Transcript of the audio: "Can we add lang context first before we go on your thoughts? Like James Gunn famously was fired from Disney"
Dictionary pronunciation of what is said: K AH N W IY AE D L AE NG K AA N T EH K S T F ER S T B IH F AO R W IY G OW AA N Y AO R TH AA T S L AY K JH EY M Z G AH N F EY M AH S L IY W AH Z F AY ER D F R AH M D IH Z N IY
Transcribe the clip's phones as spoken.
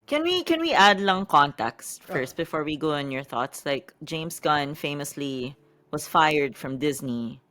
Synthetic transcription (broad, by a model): K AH N W IY AE D L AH NG K AA N T EH K S T F ER S T B IH F AO R W IY G OW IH N Y AO R TH AA T S L AY K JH EY M S G AH N F EY M AH S L IY W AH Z F AY ER D F R AH M D IH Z N IY